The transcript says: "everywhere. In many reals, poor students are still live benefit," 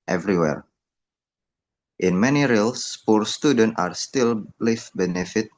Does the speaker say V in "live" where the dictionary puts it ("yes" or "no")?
no